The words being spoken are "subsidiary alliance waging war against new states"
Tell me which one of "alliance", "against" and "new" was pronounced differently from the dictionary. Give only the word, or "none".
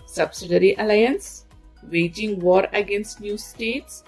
none